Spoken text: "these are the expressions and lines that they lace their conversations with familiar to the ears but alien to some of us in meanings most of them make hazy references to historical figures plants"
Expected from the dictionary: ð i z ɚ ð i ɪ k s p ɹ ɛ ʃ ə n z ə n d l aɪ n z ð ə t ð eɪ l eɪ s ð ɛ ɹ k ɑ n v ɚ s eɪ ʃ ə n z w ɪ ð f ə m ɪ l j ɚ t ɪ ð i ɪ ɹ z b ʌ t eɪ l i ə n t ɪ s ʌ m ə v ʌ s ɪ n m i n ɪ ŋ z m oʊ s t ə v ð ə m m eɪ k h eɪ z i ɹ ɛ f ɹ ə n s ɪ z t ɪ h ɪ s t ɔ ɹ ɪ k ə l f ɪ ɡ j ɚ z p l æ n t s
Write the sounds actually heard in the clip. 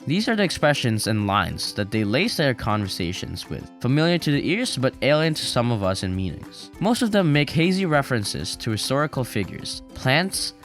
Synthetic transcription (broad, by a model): ð i z ɚ ð i ɪ k s p ɹ ɛ ʃ ə n z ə n l aɪ n z ð ə t ð eɪ l eɪ s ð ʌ ɹ k ɑ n v ɚ s eɪ ʃ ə n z w ɪ ð f ə m ɪ l j ɚ t ɪ ð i ɪ ɹ z b ʌ t eɪ l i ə n t ɪ s ʌ m ə v ʌ s ɪ n m i n ɪ ŋ z m oʊ s t ə v ð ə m m eɪ k h eɪ z i ɹ ɛ f ɹ ə n s ɪ z t ɪ h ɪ s t ɔ ɹ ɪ k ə l f ɪ ɡ j ɚ z p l æ n t s